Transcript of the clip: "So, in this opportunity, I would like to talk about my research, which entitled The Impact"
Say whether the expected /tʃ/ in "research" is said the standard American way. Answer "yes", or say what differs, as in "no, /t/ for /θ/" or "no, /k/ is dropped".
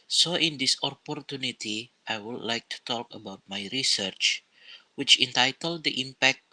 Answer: yes